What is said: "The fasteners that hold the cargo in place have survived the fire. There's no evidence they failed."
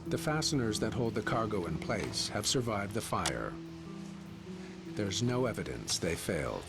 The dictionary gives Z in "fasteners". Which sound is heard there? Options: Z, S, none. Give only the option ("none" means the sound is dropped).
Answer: Z